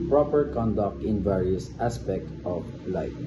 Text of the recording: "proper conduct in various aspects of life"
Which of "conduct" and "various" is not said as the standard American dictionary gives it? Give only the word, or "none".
none